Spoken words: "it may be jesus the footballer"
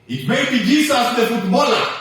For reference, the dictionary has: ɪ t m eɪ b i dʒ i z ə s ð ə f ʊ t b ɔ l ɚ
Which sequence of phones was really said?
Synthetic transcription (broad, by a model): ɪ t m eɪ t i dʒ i s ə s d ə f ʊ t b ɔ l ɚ